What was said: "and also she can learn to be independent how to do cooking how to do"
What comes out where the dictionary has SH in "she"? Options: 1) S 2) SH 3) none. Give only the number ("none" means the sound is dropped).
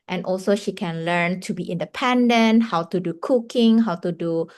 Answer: 2